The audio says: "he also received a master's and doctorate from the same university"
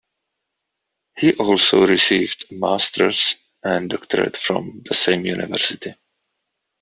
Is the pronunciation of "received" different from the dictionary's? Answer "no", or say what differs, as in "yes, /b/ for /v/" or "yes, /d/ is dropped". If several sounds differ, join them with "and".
no